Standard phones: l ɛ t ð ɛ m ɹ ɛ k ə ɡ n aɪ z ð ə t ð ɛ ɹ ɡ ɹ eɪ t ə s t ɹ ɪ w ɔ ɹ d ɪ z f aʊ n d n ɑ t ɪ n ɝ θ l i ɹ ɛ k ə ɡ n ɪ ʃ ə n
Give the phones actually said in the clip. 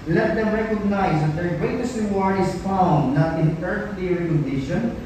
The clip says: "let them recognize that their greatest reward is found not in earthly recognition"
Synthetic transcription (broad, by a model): l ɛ t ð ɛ m ɹ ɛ k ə ɡ n aɪ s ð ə t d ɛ ɹ ɡ ɹ eɪ t ə s t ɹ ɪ w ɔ ɹ ɪ s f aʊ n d n ɑ t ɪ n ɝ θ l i ɹ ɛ k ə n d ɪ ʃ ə n